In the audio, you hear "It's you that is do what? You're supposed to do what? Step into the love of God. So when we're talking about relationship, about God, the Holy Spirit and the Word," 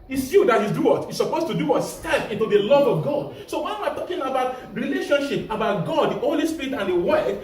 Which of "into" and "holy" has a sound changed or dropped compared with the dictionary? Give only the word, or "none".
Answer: none